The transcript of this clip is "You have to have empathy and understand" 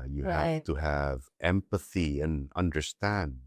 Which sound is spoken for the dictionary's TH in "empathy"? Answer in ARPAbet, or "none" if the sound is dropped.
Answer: TH